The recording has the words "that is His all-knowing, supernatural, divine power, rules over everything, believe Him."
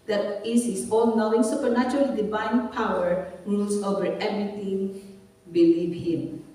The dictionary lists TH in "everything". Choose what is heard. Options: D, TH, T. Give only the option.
T